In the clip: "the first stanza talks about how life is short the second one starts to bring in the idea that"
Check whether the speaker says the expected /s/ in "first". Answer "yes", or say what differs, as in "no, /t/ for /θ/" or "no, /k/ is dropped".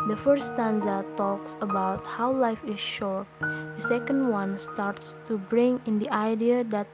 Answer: no, /s/ is dropped